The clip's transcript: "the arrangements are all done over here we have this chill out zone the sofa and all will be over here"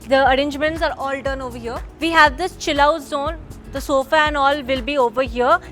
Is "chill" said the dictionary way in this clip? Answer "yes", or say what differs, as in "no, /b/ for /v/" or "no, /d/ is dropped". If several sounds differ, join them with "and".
yes